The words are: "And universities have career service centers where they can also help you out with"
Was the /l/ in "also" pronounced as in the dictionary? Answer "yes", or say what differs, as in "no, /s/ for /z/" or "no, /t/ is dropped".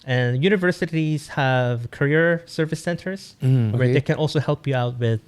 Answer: yes